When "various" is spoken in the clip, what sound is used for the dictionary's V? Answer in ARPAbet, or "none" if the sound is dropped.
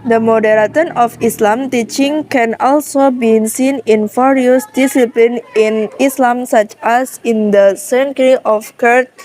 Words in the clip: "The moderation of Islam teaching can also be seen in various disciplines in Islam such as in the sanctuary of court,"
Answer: F